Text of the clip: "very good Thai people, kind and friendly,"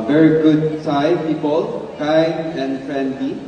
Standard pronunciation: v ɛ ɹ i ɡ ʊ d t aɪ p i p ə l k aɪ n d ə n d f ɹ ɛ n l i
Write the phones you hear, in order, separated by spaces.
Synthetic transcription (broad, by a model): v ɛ ɹ i ɡ ʊ d s aɪ p i p ə l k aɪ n ə n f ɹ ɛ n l i